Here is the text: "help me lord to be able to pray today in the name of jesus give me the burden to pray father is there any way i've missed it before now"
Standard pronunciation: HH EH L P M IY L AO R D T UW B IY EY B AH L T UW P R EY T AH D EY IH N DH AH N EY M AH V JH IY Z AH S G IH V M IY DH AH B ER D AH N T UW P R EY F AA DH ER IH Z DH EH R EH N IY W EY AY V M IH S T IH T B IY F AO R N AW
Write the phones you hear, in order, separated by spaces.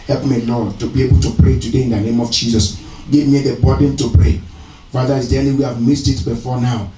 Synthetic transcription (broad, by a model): HH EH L P M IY L AO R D T UW B IY EY B AH L T UW P R EY T AH D EY IH N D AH N EY M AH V JH IY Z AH S G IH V M IY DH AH B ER D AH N T UW P R EY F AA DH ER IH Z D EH L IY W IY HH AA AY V M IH S T IH T B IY F AO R N AW